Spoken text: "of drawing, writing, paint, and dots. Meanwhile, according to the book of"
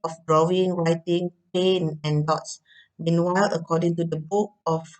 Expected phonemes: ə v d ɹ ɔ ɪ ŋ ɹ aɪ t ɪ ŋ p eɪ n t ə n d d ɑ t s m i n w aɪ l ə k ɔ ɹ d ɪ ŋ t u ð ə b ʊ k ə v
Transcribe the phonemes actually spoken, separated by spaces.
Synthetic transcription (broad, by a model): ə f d ɹ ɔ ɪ ŋ ɹ aɪ t ɪ ŋ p eɪ n ə n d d ɑ t s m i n w aɪ l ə k ɔ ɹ d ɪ ŋ t u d ə b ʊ k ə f